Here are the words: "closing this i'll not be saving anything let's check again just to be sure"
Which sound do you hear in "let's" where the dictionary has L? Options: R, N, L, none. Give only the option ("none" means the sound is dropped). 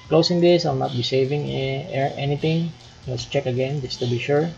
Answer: N